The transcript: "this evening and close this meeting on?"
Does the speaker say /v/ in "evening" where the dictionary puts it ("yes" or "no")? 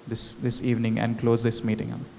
yes